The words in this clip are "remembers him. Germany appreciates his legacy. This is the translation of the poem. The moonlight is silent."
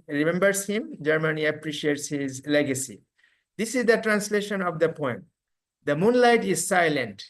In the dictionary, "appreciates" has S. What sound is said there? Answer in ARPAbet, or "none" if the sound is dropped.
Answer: S